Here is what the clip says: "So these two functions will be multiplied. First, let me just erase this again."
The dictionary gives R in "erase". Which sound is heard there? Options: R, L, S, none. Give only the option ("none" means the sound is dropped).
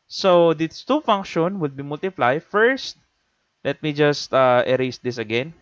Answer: R